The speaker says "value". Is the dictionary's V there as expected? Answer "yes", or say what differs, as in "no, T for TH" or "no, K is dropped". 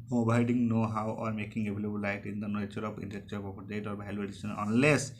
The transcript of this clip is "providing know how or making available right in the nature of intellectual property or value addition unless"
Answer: no, B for V